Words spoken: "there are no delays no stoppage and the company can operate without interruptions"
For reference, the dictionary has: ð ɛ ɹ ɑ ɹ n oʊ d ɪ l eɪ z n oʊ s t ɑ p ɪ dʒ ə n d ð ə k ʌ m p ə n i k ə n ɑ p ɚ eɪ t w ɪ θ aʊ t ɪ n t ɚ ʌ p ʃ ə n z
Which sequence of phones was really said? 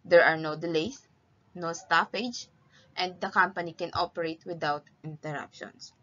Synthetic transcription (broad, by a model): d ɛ ɹ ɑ ɹ n oʊ d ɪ l eɪ s n oʊ s t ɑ f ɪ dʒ ə n d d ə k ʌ m p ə n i k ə n ɑ p ɚ eɪ t w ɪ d aʊ t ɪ n t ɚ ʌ p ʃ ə n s